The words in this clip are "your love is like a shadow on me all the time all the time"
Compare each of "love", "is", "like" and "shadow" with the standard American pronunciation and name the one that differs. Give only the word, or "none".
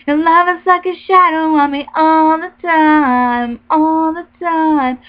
is